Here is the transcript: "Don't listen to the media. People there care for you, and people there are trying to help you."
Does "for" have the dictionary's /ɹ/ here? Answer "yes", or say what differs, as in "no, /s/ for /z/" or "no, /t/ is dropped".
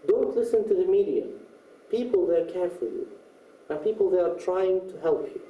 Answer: no, /l/ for /ɹ/